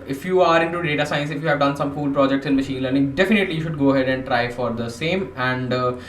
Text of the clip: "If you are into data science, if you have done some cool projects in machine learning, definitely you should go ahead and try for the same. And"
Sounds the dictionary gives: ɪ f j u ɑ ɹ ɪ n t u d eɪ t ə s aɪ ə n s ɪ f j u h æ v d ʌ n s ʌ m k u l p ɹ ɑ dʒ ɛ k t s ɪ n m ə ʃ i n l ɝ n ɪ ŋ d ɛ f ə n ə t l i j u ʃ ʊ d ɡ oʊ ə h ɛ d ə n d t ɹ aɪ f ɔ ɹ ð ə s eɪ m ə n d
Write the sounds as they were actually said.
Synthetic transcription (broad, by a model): ɪ f j u ɑ ɹ ɪ n t u d eɪ t ə s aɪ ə n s ɪ f j u h æ v d ʌ n s ʌ m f u l p ɹ ɑ dʒ ɛ k t s ɪ n m ə ʃ i n l ɝ n ɪ ŋ d ɛ f ə n ə t l i j u ʃ ʊ d ɡ oʊ ə h ɛ d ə n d t ɹ aɪ f ɔ ɹ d ə s eɪ m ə n d